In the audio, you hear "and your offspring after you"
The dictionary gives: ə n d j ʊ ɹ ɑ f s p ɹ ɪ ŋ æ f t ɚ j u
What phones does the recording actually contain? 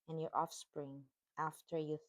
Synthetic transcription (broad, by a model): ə n j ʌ ɹ ɑ f s p ɹ ɪ ŋ æ f t ɚ j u